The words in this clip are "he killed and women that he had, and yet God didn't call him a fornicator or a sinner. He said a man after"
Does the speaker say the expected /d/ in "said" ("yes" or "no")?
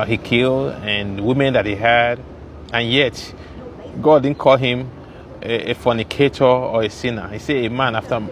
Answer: no